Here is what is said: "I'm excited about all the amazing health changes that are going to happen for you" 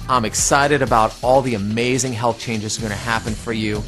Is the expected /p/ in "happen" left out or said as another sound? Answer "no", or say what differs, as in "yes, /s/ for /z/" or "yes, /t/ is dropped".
no